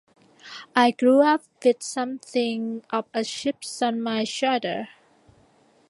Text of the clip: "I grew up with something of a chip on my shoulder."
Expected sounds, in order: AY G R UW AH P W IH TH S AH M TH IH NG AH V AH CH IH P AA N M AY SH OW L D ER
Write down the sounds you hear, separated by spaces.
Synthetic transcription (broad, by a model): AY G R UW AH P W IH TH S AH M TH IH NG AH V AH SH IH P AA N M AY SH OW D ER